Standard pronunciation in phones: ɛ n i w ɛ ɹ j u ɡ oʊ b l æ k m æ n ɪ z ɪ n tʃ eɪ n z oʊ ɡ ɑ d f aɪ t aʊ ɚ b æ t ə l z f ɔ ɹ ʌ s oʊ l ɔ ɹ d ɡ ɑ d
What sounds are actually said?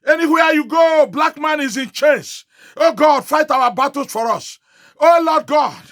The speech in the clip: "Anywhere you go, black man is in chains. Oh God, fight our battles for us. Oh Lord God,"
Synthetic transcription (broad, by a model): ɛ n i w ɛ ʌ j u ɡ oʊ b l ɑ k m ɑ n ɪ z ɪ n tʃ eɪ n s oʊ ɡ ɑ d f aɪ t aʊ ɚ b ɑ t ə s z f ɔ ɹ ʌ s oʊ l ɔ d ɡ ɑ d